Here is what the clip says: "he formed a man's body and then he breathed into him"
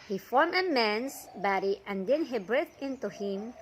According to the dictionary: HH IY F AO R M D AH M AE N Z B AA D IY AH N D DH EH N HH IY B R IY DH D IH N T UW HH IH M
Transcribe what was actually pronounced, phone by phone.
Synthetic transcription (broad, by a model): HH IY F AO R M AH M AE N S B AA D IY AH N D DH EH N HH IY B R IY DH IH N T UW HH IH M